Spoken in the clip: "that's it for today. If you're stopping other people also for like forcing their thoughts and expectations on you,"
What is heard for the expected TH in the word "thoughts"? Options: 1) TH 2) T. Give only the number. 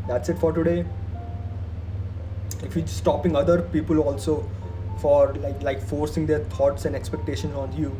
2